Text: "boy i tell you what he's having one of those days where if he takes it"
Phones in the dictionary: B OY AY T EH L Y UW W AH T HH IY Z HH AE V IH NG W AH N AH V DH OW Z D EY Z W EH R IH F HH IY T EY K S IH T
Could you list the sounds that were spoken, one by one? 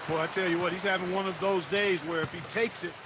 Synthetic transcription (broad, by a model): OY AY T EH L Y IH W AH T HH IY Z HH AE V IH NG W AH N AH V DH OW Z D EY Z W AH R IH F HH IY T EY K S IH T